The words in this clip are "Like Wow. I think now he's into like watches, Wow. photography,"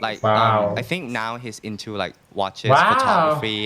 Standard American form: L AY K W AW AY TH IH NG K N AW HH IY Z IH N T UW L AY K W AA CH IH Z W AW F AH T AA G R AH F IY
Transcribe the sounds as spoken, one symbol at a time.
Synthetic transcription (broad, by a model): L AY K W AW AY TH IH NG K N AW HH IY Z IH N T UW L AY K W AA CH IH W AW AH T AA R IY